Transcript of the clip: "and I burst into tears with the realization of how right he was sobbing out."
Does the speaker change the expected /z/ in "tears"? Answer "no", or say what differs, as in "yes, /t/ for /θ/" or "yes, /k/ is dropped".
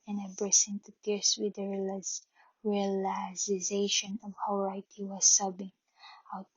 yes, /s/ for /z/